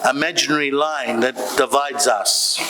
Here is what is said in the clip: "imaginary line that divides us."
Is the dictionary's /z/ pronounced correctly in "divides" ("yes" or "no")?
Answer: yes